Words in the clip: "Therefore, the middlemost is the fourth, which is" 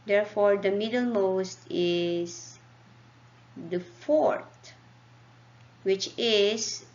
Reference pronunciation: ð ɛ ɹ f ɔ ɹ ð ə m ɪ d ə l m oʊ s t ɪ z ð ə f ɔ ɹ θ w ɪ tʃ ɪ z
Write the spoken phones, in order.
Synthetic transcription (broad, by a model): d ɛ ɹ f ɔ ɹ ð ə m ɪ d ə l m oʊ s t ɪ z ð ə f ɔ ɹ t w ɪ tʃ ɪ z